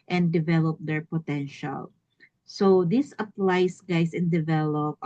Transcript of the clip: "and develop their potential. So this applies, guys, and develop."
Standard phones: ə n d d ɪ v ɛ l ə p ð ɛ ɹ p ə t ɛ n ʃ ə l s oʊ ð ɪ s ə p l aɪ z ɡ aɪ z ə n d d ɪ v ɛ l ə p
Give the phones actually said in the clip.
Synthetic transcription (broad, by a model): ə n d d ɪ v ɛ l ə p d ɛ ɹ p ə t ɛ n ʃ ə l s oʊ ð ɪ s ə p l aɪ s ɡ aɪ s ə n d d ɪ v ɛ l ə p